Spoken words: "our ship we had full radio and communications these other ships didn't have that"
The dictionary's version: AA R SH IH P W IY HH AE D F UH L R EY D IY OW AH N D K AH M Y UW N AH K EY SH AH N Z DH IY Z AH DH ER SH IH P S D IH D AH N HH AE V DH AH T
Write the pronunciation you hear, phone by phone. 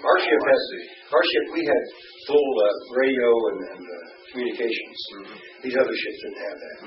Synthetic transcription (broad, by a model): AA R SH IH P W IY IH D F UH L R EY D IY OW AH N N K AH M Y UW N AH K EY SH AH N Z DH IY Z AH DH ER SH IH P S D IH D N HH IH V DH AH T